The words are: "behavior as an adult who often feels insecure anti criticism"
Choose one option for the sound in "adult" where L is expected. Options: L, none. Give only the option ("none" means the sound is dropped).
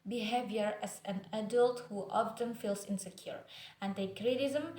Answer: L